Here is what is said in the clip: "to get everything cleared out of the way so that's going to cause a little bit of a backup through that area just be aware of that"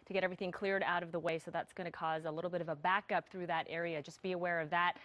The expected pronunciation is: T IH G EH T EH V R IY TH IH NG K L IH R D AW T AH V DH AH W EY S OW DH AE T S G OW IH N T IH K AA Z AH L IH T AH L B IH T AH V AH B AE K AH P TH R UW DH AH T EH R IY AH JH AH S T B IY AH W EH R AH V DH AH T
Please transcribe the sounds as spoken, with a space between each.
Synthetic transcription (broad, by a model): T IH G EH T EH V R IY TH IH NG K L IH R D AW T AH V DH AH W EY S OW DH AE T S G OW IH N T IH K AA Z AH L IH T L B IH T AH V AH B AE K AH P TH R UW DH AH T EH R IY AH JH AH S B IY AH W EH R AH V DH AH T